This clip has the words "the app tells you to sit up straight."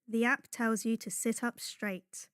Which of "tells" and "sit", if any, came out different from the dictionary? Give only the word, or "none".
none